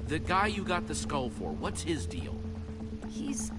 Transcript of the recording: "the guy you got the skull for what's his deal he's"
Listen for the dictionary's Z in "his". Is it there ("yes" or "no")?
yes